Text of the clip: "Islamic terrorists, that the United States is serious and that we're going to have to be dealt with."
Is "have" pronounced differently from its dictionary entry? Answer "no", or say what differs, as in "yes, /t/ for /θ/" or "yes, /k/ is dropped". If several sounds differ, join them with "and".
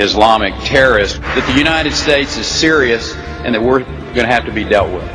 yes, /f/ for /v/